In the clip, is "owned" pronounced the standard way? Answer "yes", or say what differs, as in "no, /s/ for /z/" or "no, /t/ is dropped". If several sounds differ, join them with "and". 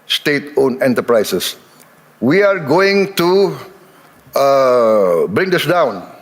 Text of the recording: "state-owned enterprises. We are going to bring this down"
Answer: no, /d/ is dropped